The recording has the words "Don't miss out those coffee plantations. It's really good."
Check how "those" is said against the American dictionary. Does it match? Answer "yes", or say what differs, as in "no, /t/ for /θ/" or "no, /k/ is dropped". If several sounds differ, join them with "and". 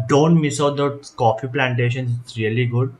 no, /z/ is dropped